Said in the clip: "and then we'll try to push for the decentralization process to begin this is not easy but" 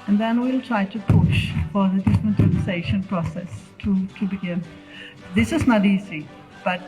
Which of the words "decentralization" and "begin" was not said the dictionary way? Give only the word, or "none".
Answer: decentralization